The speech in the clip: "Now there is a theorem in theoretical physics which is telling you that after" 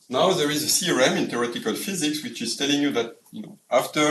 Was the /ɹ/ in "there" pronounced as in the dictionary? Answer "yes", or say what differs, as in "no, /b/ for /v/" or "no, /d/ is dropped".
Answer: yes